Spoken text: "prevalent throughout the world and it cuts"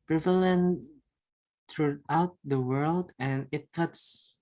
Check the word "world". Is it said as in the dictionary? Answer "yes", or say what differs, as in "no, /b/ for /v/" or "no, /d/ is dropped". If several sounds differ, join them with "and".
yes